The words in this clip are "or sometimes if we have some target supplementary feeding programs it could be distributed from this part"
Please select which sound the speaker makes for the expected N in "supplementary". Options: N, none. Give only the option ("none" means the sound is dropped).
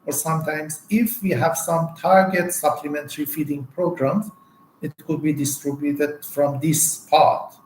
N